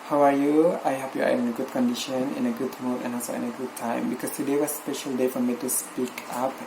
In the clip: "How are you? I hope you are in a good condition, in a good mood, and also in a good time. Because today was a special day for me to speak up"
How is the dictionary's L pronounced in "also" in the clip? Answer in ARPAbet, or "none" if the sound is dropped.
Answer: none